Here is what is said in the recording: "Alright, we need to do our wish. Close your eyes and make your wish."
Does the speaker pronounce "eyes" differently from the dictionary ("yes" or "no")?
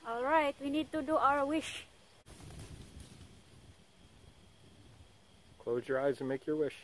no